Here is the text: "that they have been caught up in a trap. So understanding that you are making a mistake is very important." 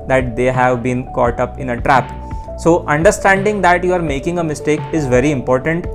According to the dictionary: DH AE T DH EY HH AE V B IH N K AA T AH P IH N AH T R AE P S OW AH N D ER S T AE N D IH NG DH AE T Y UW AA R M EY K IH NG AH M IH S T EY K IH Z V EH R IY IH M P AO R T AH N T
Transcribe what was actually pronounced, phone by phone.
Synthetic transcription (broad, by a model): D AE T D EY HH AE V B IH N K AA T AH P IH N AH T R AE P S OW AH N D ER S T AE N D IH NG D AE T Y UW AA R M EY K IH NG AH M IH S T EY K IH Z V EH R IY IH M P AO R T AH N T